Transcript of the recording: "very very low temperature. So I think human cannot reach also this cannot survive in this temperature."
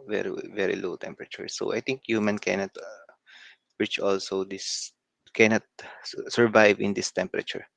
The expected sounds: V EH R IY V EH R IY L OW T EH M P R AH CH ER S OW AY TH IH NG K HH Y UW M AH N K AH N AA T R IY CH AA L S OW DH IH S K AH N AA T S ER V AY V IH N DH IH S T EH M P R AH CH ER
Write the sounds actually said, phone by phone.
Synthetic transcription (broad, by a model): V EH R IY V EH R IY L OW T EH M P R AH CH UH S OW AY T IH NG K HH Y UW M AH N K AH N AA T R IY CH AA L S OW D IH S K AH N AA T S ER V AY V IH N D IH S T EH M P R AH CH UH